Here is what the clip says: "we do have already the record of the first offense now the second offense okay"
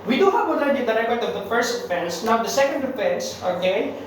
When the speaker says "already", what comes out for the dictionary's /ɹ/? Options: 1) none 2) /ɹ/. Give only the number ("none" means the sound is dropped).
1